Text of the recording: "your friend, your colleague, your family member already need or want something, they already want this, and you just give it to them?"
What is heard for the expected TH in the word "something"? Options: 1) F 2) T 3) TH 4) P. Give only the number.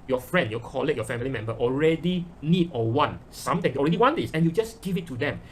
2